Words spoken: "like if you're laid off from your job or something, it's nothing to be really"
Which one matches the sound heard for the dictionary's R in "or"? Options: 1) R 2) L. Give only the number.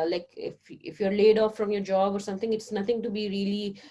1